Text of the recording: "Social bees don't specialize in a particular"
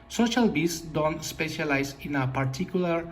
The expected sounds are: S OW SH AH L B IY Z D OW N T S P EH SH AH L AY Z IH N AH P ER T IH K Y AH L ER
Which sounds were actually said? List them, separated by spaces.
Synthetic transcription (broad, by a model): S OW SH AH L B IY S D OW N T S P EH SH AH L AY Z IH N AH P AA T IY K Y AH L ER